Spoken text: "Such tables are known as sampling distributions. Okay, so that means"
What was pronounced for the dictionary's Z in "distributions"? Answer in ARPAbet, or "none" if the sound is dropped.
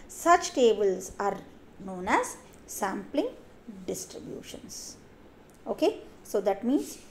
S